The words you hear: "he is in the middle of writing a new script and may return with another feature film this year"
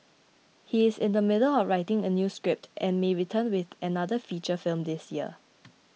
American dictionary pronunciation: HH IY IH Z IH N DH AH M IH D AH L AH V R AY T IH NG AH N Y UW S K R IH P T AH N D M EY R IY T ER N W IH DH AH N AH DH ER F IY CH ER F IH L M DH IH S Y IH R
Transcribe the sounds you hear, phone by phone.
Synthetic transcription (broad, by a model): HH IY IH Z IH N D AH M IH D AH L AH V R AY T IH NG AH N Y UW S K R IH P T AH N M EY R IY T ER N W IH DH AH N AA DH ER F IY CH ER F IH L M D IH S Y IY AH